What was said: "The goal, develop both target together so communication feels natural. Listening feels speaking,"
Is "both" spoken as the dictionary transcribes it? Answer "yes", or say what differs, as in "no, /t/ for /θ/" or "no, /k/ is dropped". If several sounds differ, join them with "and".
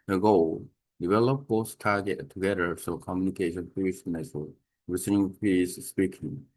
no, /s/ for /θ/